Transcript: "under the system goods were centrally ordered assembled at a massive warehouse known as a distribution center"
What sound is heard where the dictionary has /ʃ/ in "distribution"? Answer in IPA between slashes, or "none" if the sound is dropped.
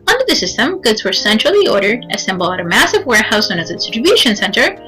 /ʃ/